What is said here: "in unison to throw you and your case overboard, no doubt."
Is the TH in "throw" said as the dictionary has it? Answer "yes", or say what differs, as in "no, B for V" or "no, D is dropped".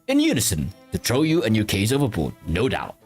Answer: no, T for TH